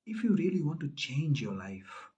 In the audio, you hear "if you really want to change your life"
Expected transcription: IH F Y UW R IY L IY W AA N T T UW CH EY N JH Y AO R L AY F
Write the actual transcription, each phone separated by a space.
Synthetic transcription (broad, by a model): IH F Y UW R IY L IY W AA N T T UW CH EY N JH Y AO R L AY F